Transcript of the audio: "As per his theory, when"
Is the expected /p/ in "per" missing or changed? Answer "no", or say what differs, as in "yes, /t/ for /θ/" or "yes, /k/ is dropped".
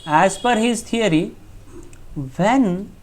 yes, /f/ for /p/